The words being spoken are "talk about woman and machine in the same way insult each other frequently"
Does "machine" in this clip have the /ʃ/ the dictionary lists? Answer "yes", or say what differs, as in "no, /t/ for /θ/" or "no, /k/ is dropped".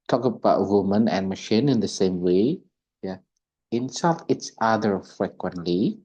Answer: yes